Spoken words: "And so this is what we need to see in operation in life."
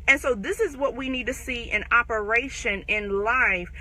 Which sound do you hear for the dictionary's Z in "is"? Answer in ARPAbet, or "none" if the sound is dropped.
Z